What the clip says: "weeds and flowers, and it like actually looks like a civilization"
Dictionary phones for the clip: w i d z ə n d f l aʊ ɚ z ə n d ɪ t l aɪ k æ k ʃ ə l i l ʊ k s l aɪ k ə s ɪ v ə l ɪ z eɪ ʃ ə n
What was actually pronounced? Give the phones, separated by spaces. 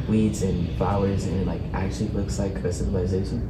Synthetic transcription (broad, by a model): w i d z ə n f l aʊ ɚ z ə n ɪ t l aɪ k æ k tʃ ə l i l ʊ k s l aɪ k ə s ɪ v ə l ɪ z eɪ ʃ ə n